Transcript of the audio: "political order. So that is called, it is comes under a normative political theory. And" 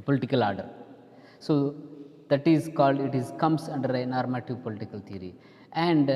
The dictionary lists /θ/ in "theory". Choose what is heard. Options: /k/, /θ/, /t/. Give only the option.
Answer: /t/